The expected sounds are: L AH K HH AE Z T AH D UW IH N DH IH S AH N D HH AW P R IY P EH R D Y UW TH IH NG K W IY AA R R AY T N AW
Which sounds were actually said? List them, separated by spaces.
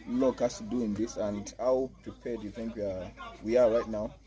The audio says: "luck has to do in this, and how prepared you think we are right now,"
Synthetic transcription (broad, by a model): L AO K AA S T D UW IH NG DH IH S AH N D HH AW P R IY P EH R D Y UW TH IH NG K W IY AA W R AY T N AW